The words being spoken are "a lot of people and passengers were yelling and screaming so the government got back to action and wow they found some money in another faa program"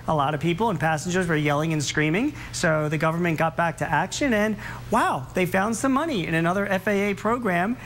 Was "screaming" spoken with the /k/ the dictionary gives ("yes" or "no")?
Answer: yes